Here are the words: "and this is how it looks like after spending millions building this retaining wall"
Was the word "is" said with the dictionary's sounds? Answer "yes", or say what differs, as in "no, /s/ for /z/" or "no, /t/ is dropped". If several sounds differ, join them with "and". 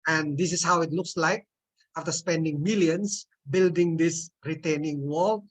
no, /s/ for /z/